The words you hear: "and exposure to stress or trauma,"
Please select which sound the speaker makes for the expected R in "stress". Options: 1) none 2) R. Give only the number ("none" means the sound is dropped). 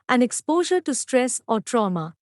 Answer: 2